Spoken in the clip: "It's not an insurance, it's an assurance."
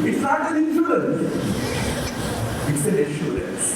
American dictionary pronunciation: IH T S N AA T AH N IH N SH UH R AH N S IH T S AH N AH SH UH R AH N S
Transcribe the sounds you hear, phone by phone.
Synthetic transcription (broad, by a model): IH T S L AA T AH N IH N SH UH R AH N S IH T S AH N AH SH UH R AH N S